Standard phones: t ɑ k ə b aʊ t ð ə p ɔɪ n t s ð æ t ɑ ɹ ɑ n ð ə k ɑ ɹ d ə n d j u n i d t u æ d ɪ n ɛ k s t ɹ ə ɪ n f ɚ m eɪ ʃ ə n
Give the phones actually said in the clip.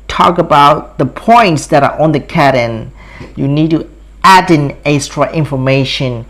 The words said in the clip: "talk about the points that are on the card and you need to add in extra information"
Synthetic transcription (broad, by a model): t ɑ k ə b aʊ t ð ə p ɔɪ n t s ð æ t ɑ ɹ ɑ n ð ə k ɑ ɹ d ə n j u n i d t u æ d ɪ n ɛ s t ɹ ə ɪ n f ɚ m eɪ ʃ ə n